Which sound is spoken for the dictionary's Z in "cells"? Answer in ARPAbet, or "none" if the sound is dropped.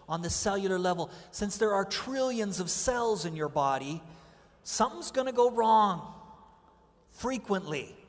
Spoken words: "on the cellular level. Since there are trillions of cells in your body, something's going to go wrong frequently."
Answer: Z